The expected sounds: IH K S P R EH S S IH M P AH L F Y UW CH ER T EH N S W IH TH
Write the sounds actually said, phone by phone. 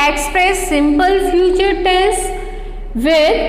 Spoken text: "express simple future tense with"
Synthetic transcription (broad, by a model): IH K S P R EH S S IH M P AH L F Y UW CH ER T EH S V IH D